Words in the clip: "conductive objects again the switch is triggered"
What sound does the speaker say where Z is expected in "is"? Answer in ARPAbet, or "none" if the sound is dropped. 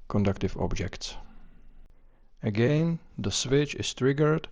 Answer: S